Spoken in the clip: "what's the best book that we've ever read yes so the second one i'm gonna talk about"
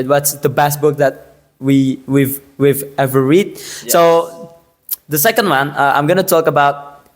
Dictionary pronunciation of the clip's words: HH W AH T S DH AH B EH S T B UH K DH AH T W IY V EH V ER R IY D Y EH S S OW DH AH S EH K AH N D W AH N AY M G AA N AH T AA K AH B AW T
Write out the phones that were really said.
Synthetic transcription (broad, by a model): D W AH T S DH AH B EH S T B UH K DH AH T W IY V EH V ER R IY D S S OW DH AH S EH K AH N D W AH N AY M G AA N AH T AA K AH B AW T